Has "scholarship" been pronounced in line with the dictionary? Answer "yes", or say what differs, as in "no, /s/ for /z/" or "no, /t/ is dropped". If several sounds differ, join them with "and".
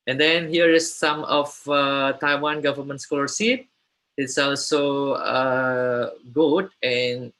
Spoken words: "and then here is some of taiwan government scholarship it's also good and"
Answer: no, /s/ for /ʃ/